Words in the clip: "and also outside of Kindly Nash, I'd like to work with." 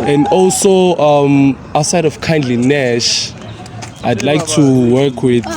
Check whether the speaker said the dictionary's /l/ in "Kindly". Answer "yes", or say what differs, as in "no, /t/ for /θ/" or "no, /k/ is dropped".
yes